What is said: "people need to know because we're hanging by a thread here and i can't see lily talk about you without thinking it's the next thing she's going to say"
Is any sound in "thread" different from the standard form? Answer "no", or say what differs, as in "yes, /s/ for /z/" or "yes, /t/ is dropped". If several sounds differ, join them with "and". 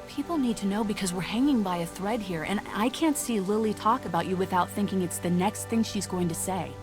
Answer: no